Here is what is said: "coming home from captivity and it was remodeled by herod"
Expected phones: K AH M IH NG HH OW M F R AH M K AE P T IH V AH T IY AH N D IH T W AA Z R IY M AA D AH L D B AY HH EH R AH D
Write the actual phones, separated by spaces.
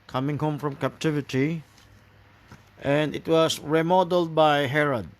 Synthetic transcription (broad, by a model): K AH M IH NG HH OW M F R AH M K AE P T IH V AH T IY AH N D IH T W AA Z R IY M AA D AH L D B AY HH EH R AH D